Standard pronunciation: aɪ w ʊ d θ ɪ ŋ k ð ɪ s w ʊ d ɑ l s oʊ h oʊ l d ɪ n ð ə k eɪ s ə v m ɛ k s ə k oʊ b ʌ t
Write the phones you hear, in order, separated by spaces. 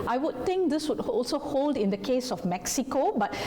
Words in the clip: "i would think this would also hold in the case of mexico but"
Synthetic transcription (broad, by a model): aɪ w ʊ d t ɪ ŋ k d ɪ s w ʊ d ɑ l s oʊ h oʊ l d ɪ n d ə k eɪ s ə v m ɛ k s ə k oʊ b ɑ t